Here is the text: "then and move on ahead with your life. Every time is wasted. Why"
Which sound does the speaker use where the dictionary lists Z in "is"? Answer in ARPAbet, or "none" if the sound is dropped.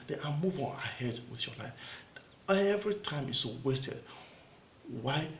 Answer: S